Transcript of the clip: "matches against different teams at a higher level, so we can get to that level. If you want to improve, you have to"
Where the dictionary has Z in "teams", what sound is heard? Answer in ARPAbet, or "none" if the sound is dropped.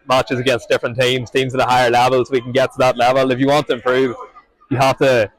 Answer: Z